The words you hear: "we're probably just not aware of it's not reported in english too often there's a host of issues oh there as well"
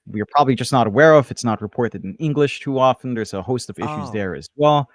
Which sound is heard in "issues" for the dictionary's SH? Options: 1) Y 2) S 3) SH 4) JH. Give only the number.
3